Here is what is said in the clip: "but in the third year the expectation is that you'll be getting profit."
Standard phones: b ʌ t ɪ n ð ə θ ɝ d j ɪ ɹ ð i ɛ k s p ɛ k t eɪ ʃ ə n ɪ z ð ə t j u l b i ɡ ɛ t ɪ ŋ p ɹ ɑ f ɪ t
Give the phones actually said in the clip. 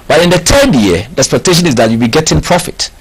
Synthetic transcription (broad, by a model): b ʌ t ɪ n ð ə t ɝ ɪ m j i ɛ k s p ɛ k t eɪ ʃ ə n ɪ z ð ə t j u b i ɡ ɛ t ɪ ŋ p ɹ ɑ f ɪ t